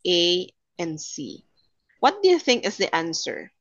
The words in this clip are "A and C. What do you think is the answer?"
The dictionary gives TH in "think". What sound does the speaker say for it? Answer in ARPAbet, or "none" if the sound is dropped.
TH